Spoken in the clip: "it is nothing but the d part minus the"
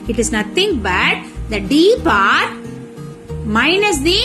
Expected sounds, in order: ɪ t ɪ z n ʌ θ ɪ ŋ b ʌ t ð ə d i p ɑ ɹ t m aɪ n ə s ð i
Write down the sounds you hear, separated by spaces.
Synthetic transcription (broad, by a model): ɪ t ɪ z n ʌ t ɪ ŋ b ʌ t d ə d i p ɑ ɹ t m aɪ n ə s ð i